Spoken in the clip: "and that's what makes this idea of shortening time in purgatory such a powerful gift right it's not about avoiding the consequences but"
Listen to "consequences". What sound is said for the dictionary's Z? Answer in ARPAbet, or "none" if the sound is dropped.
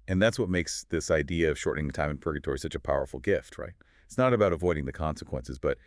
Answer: Z